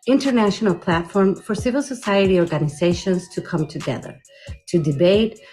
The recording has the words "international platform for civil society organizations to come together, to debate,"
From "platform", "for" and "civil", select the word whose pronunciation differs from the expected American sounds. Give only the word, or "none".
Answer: none